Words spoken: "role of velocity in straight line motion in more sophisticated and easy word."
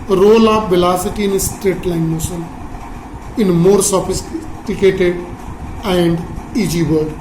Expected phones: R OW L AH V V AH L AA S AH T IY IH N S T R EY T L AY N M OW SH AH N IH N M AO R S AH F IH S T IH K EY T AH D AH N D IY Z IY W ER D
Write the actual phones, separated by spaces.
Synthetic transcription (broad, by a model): R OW L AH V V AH L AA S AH T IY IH N S T R EY T L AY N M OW S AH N IH N M AO R S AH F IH S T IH K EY T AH D AH N D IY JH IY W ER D